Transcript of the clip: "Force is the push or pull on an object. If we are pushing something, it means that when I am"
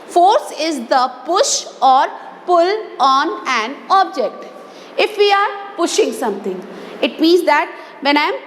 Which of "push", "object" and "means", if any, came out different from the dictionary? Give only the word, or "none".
none